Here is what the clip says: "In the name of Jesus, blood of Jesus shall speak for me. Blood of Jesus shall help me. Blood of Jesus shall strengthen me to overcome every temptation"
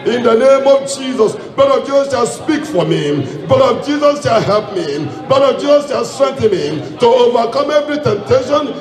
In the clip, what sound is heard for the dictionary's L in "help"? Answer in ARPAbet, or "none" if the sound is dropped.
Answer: none